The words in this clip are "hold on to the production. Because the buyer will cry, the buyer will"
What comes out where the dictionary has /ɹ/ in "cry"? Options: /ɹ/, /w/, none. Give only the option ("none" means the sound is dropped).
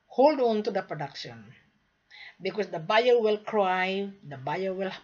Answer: /ɹ/